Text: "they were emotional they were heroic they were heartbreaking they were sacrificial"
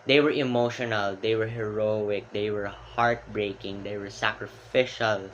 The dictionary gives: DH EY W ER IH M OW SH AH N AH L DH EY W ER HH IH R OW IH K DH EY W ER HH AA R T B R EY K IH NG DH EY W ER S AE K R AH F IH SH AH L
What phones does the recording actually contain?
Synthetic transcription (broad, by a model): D EY W ER IH M OW SH AH N AH L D EY W ER HH IH R OW IH K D EY W ER HH AA R T B R EY K IH NG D EY W ER S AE K R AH F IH SH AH L